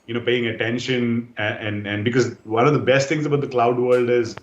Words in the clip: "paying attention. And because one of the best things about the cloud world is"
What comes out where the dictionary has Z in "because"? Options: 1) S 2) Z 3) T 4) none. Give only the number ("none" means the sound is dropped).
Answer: 2